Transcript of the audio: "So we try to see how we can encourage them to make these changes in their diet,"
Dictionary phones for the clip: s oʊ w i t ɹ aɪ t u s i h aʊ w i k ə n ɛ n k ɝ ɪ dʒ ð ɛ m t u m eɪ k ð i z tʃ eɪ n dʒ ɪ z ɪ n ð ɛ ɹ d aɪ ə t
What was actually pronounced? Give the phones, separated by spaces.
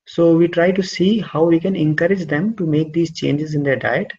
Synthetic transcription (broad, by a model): s oʊ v i t ɹ aɪ t u s i h aʊ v i k ə n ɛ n k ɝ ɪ dʒ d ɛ m t u m eɪ k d i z tʃ eɪ n dʒ ɪ z ɪ n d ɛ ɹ d aɪ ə t